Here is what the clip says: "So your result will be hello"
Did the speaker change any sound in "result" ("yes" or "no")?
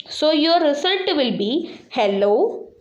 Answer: yes